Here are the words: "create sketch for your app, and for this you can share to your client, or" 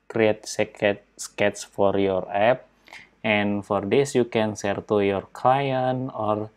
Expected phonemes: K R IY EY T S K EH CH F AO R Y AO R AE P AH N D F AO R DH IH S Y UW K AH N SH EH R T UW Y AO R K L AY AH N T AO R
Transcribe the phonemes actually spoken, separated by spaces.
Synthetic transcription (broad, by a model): K R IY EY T S K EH S F AO R Y AO R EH P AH N F AO R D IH S Y UW K AH N S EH R T UW Y AO R K L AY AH N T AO R